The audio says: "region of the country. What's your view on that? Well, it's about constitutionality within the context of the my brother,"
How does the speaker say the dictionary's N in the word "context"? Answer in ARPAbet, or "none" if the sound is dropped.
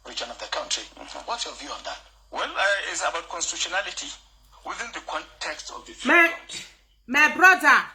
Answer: N